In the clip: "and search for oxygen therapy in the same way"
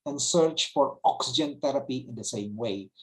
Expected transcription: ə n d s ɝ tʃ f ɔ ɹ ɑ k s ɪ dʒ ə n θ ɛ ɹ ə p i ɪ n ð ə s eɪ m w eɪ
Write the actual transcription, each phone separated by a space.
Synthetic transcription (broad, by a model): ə n s ɝ tʃ f ɔ ɹ ɑ k s ɪ dʒ ə n t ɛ ɹ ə p i ɪ n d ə s eɪ m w eɪ